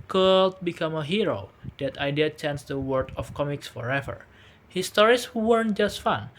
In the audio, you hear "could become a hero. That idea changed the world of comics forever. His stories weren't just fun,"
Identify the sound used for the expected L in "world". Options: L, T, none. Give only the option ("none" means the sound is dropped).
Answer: none